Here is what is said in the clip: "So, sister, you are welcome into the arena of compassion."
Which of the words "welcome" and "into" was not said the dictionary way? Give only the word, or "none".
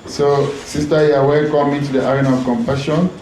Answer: welcome